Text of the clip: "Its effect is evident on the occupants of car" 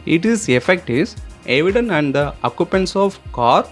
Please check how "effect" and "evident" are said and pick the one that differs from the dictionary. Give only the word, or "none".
evident